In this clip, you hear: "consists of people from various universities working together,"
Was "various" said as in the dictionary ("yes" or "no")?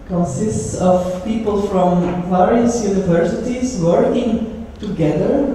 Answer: no